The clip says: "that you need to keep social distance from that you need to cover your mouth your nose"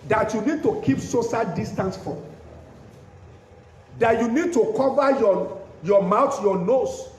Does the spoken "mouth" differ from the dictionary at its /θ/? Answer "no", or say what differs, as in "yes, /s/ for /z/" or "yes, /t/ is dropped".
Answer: yes, /t/ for /θ/